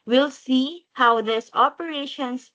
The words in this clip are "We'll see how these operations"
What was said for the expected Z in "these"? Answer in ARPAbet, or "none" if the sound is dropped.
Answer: S